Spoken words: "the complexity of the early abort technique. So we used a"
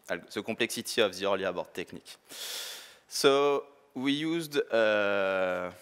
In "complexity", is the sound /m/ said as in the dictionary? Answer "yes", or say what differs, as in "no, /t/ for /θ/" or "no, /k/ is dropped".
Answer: no, /m/ is dropped